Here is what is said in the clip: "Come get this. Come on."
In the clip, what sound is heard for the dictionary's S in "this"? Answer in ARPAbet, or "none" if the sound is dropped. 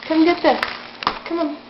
none